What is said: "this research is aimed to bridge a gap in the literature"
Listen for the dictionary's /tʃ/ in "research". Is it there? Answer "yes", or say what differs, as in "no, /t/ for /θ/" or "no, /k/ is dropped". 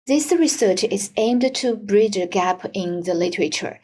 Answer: yes